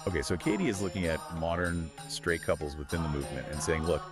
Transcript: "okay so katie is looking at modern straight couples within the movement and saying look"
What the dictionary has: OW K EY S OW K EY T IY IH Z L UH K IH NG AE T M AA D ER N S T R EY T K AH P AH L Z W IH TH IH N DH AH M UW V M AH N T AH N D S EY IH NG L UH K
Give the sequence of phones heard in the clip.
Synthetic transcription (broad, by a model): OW K EY S OW K EY T IY IH Z L UH K IH NG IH T M AA D ER N S T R EY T K AH P L Z W IH TH IH N DH AH M UW V M AH N T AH N S EY IH NG L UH K